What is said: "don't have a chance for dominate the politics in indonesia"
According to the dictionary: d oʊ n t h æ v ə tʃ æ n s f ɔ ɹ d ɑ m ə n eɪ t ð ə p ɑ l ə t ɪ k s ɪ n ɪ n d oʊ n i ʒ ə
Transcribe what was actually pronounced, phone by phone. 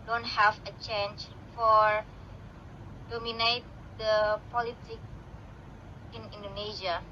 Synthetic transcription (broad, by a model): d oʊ n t h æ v ə tʃ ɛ n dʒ f ɔ ɹ d ɑ m ə n eɪ t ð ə p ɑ l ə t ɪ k ɪ n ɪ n d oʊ n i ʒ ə